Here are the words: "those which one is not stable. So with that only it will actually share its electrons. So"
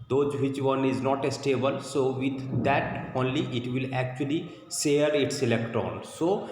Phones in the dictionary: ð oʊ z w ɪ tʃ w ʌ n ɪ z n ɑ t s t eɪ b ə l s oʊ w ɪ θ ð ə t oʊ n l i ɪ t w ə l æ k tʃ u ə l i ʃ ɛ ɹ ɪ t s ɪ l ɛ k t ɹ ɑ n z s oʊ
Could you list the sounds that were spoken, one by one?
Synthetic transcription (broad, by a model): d oʊ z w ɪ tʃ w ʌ n ɪ z n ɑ t s t eɪ b ə l s oʊ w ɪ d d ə t oʊ n l i ɪ t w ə l æ k tʃ u ə l i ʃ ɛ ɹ ɪ t s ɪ l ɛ k t ɑ n s oʊ